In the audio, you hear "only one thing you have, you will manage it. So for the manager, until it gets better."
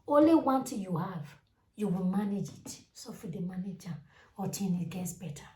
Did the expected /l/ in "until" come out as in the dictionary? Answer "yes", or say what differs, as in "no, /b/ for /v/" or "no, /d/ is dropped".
no, /n/ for /l/